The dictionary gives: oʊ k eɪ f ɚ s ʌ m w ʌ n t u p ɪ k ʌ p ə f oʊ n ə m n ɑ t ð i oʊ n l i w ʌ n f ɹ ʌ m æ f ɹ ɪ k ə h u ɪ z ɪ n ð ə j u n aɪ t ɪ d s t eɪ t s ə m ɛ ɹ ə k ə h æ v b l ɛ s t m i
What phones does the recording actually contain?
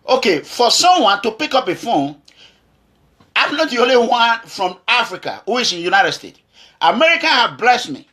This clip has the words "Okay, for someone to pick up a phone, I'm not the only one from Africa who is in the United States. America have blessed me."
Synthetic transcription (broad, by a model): oʊ k eɪ f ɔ s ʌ m w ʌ n t u p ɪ k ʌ p ə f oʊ ə m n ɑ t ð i oʊ n l i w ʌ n f ɹ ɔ m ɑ f ɹ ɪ k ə h u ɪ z ɪ n j u n aɪ t ɪ d s t eɪ t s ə m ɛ ɹ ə k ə h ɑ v b l ɛ s t m i